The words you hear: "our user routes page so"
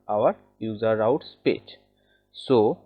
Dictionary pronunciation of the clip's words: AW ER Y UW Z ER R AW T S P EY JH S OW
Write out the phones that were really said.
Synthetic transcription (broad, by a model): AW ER Y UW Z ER R AW T S P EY CH S OW